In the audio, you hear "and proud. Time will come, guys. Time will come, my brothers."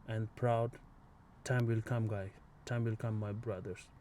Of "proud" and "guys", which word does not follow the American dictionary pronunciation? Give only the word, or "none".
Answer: guys